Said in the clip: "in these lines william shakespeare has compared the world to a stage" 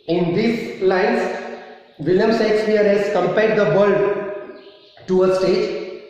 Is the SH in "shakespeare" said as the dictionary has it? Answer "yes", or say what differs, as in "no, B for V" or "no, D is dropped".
no, S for SH